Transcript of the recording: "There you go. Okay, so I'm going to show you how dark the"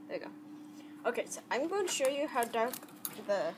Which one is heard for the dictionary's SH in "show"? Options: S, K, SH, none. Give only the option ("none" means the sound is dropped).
SH